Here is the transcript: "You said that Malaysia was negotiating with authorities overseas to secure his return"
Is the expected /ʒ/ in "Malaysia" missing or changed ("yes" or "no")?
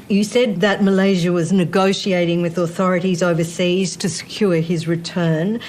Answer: no